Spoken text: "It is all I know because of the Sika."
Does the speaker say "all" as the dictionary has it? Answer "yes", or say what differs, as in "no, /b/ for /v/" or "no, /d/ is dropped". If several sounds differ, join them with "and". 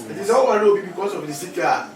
no, /w/ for /l/